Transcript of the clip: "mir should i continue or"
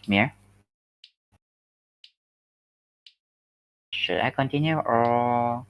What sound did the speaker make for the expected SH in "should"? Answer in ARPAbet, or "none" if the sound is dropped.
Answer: SH